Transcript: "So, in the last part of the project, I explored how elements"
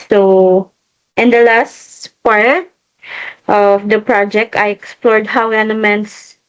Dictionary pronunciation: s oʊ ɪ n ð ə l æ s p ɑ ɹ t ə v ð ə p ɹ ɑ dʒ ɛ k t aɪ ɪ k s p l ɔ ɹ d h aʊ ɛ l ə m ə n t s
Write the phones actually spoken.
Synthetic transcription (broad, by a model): s oʊ ɪ n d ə l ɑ s p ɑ ɹ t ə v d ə p ɹ ɑ dʒ ɛ k t aɪ ɪ k s p l ɔ ɹ d h aʊ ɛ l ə m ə n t s